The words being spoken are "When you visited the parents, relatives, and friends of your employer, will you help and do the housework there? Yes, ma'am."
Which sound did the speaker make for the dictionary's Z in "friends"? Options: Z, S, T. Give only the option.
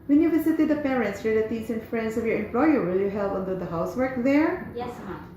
S